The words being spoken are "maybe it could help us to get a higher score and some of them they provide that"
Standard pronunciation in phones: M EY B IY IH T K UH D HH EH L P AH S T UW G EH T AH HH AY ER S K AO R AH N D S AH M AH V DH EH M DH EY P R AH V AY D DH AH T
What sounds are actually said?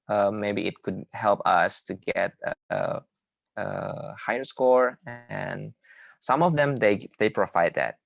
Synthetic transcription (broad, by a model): M EY B IY IH T K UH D HH EH L P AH S T UW G EH T AH HH AY ER S K AO R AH N S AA M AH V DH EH M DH EY P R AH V AY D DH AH T